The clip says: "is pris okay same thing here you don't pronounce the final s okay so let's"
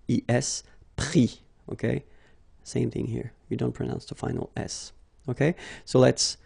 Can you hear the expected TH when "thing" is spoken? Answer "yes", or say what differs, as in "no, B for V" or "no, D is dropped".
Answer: yes